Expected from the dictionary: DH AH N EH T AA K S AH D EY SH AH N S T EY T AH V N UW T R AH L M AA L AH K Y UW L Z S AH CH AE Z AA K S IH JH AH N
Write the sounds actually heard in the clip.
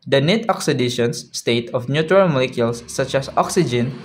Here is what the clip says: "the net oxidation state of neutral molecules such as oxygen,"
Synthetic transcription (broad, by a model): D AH N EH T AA K S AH D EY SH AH N S T EY T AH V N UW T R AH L M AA L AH K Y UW L S AH CH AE S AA K S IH JH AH N